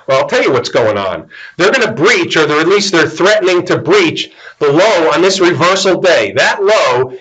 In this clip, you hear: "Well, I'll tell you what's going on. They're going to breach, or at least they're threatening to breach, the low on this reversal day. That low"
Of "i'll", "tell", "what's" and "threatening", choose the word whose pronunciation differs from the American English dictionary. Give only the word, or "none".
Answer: none